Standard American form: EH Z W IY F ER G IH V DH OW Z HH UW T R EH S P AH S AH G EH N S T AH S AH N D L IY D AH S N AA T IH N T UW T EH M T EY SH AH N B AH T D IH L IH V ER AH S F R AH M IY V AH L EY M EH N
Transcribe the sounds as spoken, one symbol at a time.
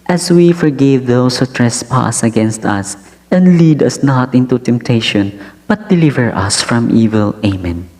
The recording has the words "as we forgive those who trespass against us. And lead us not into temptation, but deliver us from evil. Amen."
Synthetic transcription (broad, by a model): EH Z W IY F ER G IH V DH OW S HH UW T R EH S P AH S AH G EH N S T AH S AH N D L IY D AH S N AA T IH N T UW T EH M T EY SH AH N B AH T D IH L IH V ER AH S F R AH M IY V AH L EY M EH N